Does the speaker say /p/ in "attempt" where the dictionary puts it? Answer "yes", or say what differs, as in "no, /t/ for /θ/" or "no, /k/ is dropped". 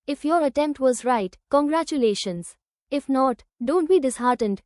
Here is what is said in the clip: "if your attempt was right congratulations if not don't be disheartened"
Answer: yes